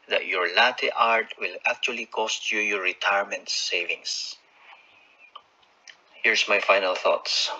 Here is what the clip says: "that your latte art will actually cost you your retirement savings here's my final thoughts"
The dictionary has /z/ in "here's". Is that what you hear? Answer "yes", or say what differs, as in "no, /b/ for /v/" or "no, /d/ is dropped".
no, /s/ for /z/